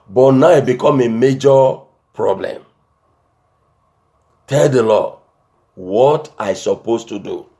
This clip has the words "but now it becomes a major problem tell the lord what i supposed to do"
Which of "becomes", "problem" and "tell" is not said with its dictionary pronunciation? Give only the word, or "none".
becomes